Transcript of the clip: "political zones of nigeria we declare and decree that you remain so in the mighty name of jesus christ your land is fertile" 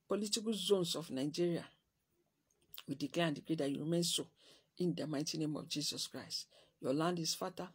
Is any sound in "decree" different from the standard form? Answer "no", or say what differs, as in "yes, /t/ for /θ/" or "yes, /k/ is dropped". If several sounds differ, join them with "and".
yes, /ɹ/ is dropped